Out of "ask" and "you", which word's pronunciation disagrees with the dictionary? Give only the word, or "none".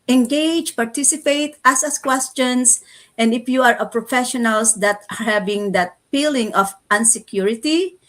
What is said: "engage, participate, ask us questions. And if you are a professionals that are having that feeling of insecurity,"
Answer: ask